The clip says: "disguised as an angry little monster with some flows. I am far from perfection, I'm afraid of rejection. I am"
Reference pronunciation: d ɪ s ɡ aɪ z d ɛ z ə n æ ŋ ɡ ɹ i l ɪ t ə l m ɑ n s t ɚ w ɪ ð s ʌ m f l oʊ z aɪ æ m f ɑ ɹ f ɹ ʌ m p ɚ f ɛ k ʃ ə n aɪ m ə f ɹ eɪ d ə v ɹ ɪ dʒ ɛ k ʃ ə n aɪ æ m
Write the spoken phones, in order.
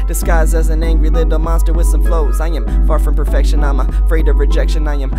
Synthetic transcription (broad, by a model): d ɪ s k aɪ z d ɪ z ə n æ ŋ ɡ ɹ i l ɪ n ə m ɑ n s t ɚ w ɪ ð s ʌ m f l oʊ z aɪ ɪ m f ɑ ɹ f ɹ ʌ m p ɚ f ɛ k ʃ ə n aɪ m ə f ɹ eɪ d ə v ɹ ɪ dʒ ɛ k ʃ ə n aɪ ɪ m